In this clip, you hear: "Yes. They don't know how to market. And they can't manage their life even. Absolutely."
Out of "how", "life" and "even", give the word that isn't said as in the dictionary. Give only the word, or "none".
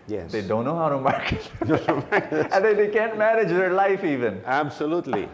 none